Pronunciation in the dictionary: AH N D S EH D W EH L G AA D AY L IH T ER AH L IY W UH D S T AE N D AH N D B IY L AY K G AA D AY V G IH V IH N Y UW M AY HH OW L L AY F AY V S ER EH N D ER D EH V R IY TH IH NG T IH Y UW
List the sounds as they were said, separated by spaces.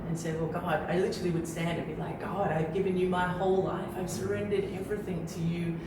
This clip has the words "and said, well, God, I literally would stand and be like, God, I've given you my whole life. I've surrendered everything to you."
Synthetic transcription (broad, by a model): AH N S EH D W EH L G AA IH AY L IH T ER L IY W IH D S T AE N D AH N B IY L AY K G AA D AY V G IH V IH N Y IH M AY HH OW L L AY F AY V S ER EH N D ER D EH V R IY TH IH NG T IH Y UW